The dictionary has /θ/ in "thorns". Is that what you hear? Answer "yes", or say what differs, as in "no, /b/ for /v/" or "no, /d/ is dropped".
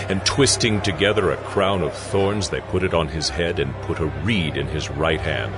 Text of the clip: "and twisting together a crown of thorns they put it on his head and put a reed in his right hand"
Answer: yes